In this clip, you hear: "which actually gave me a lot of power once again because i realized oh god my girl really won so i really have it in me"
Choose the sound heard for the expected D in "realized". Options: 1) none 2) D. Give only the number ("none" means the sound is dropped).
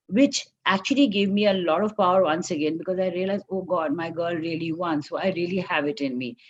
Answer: 1